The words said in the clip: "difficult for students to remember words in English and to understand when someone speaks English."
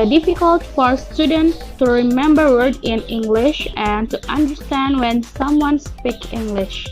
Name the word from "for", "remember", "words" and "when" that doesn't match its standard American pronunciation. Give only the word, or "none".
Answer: words